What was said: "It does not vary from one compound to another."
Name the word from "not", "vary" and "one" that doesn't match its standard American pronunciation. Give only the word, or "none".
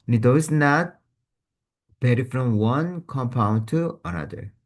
vary